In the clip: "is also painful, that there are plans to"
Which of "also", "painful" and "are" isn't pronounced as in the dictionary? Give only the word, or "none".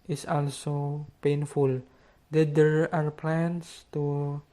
none